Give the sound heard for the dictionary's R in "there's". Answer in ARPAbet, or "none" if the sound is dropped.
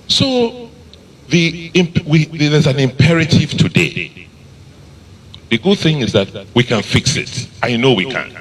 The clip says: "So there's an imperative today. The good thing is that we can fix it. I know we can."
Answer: W